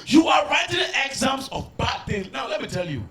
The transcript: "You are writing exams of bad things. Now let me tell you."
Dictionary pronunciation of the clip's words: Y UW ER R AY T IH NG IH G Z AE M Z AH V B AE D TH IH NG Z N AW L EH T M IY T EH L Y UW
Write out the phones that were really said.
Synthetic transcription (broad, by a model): Y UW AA R AY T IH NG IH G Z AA M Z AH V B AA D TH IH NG N AW L EH T M IY T EH L Y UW